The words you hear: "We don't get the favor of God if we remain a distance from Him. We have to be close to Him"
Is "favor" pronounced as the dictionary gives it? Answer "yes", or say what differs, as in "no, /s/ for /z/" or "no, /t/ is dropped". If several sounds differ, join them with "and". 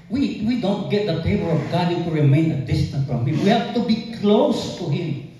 no, /p/ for /v/